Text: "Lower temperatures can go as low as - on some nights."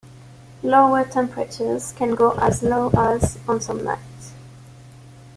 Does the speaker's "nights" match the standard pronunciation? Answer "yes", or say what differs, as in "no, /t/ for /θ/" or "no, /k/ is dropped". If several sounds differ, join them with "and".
no, /s/ is dropped